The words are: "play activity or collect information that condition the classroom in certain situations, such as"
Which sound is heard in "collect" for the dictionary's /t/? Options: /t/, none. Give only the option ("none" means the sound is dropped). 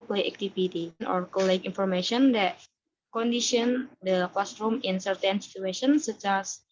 none